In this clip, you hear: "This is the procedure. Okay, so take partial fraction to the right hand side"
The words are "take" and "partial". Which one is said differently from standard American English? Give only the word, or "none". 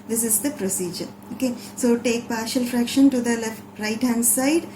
none